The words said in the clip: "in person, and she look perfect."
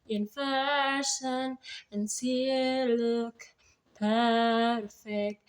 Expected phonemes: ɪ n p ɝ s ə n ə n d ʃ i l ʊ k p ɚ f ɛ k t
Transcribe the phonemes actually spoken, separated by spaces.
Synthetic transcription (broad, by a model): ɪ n f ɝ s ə n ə n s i l ʊ k p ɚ f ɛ k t